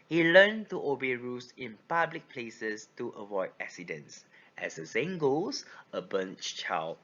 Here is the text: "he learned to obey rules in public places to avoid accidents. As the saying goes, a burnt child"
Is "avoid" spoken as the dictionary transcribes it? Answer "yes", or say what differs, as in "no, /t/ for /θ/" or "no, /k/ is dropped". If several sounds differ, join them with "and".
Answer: yes